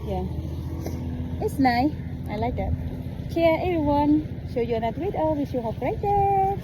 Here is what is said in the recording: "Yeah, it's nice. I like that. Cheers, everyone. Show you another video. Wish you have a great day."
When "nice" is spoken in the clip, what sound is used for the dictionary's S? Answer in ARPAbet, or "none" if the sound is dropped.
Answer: none